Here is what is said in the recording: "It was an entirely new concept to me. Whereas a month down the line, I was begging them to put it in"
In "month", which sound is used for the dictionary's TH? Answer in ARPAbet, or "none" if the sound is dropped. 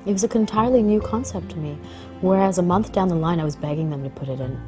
TH